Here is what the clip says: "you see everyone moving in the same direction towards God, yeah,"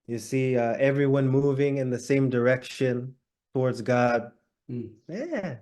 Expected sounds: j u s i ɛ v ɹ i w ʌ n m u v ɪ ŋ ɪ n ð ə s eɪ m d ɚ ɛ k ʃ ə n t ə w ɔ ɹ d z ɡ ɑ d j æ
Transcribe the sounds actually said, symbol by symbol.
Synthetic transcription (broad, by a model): j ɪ s i ɛ v ɹ i w ʌ n m u v ɪ ŋ ɪ n ð ə s eɪ m d ɚ ɛ k ʃ ə n t ə w ɔ ɹ d z ɡ ɑ d j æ